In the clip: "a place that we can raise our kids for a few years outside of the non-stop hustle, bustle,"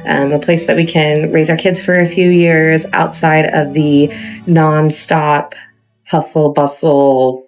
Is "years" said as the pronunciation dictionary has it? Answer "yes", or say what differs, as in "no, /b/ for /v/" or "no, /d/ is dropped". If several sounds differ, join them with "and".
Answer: yes